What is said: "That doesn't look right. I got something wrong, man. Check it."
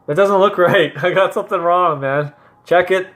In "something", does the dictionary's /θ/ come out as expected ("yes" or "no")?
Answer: yes